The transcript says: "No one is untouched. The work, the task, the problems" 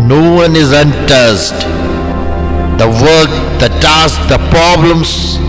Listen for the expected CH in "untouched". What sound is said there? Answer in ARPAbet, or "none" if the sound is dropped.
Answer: S